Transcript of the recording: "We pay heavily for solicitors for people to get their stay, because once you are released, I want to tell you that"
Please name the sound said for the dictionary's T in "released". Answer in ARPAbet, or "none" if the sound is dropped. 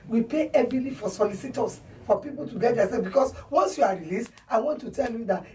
T